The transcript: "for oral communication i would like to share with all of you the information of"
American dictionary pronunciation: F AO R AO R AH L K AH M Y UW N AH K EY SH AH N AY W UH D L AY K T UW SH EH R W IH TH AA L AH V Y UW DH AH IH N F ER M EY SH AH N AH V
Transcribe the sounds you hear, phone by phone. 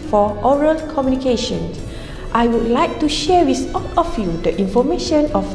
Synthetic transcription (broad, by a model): F AO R AO R AH L K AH M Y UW N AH K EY SH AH N AY W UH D L AY K T UW SH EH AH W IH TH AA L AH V Y UW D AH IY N F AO M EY SH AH N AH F